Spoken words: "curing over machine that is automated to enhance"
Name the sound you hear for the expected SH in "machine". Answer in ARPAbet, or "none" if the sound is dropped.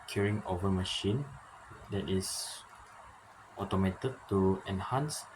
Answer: SH